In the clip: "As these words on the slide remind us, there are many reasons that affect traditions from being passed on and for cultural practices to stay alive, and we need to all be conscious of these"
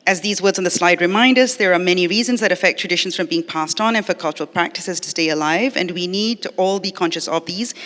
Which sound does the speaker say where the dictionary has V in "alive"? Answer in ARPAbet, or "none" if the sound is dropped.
V